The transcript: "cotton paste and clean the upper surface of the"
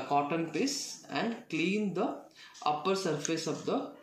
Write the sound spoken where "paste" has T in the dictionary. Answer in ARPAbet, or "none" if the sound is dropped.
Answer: none